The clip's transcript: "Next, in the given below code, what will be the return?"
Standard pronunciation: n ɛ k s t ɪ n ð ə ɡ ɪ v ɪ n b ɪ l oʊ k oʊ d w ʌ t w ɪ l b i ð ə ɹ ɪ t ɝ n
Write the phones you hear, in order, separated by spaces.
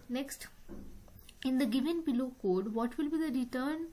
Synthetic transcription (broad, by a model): n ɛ k s t ɪ n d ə ɡ ɪ v ɪ n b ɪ l oʊ k oʊ d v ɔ t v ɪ l b i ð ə ɹ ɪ t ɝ n